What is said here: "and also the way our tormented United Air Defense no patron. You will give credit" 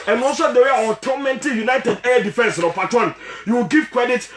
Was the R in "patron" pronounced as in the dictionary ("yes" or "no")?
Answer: no